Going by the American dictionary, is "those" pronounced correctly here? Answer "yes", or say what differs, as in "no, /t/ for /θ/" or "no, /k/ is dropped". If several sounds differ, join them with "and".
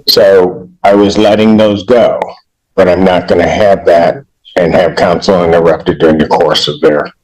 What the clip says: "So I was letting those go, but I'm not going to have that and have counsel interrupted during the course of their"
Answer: yes